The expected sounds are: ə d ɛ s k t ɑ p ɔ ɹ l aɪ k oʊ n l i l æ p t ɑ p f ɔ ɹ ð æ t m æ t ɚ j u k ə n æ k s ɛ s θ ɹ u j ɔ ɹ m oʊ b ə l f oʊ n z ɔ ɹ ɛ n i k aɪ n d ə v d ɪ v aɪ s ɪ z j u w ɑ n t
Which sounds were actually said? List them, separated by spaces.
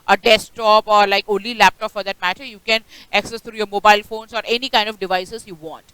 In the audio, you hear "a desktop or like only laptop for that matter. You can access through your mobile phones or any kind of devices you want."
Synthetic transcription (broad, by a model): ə d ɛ s t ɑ p ɔ ɹ l aɪ k oʊ n l i l æ p t ɑ p f ɔ ɹ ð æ t m æ t ɚ j u k ə n æ k s ɛ s t ɹ u j ɔ ɹ m oʊ b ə l f oʊ n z ɔ ɹ ɛ n i k aɪ n d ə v d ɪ v aɪ s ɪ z j u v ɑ n t